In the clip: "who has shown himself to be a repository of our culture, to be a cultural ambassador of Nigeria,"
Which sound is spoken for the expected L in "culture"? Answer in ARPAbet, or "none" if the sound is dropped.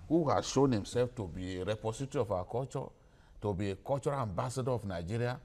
none